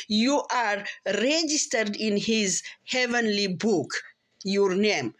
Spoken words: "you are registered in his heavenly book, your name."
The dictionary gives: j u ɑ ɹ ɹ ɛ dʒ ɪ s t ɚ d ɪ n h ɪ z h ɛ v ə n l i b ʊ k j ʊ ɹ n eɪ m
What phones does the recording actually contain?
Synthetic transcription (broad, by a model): j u ɑ ɹ ɹ ɛ dʒ ɪ s t ɚ d ɪ n h ɪ z h ɛ v ə n l i b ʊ k j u ɹ n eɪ m